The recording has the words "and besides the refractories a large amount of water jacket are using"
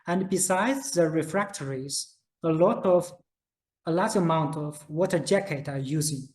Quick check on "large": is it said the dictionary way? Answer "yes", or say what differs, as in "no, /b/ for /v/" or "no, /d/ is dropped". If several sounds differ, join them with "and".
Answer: no, /l/ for /ɹ/